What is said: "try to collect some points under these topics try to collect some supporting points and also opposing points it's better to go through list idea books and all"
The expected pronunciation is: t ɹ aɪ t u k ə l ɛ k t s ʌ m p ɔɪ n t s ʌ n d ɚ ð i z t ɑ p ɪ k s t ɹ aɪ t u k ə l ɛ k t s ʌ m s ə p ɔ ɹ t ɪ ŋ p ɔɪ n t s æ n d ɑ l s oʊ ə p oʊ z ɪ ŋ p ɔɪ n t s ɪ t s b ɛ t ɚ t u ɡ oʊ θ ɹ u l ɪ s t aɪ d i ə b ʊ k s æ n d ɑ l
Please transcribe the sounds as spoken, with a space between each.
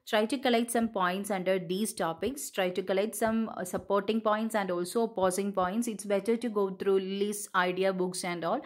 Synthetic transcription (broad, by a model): t ɹ aɪ t u k ə l ɛ k t s ʌ m p ɔɪ n t s ʌ n d ɚ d i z t ɑ p ɪ k s t ɹ aɪ t u k ə l ɛ k t s ʌ m s ə p ɔ ɹ t ɪ ŋ p ɔɪ n t s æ n d ɑ l s oʊ p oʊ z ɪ ŋ p ɔɪ n t s ɪ t s b ɛ t ɚ t u ɡ oʊ t ɹ u l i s aɪ d i ə b ʊ k s æ n d ɑ l